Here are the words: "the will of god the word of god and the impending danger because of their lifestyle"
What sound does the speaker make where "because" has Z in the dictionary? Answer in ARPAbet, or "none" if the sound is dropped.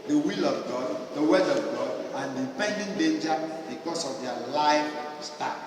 S